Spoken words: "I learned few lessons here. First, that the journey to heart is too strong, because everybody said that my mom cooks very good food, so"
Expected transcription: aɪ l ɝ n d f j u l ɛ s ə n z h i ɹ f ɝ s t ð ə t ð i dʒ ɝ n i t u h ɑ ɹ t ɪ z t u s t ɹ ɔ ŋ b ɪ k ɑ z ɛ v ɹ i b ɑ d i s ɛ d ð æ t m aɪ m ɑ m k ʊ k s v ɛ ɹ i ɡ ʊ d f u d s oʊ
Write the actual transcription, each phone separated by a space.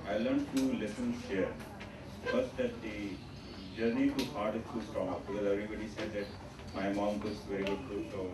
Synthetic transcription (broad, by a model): aɪ l ɝ n d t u l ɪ s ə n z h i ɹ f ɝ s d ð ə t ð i dʒ ɝ n i t u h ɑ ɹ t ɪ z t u s t ɹ ɔ ŋ b ɪ k ɑ z ɛ v ɹ i b ɑ d i s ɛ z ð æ t m aɪ m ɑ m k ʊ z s v ɛ ɹ i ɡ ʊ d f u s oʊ